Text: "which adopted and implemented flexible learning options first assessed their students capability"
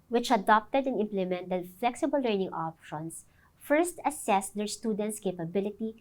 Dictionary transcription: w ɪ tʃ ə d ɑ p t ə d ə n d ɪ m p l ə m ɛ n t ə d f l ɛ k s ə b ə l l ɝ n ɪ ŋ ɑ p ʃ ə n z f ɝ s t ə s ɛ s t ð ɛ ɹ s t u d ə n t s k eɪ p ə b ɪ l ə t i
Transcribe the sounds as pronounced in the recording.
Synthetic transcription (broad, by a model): w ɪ tʃ ə d ɑ p t ə d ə n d ɪ m p l ə m ɛ n t ə d f l ɛ k s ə b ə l l ɝ n ɪ ŋ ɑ p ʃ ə n s f ɝ s t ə s ɛ s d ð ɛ ɹ s t u d ə n t s k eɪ p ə b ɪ l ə t i